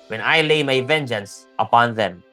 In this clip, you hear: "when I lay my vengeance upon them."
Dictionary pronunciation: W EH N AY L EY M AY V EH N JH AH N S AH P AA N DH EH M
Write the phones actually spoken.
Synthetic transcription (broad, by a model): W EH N AY L EY M AY V EH N JH AH N S AH P AA N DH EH M